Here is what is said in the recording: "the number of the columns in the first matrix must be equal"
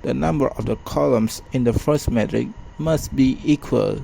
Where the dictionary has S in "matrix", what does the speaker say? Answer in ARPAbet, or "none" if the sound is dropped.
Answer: none